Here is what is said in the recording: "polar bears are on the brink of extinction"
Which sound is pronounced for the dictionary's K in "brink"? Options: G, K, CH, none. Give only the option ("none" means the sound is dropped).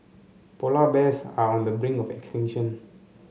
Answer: none